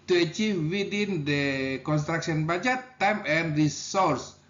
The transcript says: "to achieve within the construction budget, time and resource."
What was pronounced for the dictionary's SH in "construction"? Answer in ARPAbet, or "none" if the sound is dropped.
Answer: S